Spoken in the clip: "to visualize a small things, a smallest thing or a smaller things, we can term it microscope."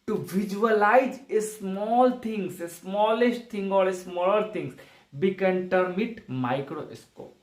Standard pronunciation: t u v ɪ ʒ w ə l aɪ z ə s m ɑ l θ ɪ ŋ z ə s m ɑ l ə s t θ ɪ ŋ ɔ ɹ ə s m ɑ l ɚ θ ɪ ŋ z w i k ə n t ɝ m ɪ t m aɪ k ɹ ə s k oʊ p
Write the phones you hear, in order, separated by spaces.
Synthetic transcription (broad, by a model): t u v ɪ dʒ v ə l aɪ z ə s m ɑ l t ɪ ŋ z ə s m ɑ l ə s t t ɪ ŋ ɔ ɹ ə s m ɑ l ɚ t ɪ ŋ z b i k ə n t ɝ m ɪ t m aɪ k ɹ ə s k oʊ p